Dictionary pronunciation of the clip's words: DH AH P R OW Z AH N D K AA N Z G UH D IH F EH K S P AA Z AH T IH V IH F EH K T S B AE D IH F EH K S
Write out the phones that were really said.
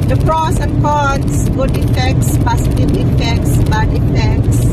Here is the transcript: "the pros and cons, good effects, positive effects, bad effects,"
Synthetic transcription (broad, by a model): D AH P R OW S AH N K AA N S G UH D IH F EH K S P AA S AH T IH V IH F EH K T S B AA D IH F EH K S